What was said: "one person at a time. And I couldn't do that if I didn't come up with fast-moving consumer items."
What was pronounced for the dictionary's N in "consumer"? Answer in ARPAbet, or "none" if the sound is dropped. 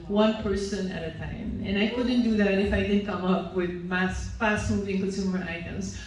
none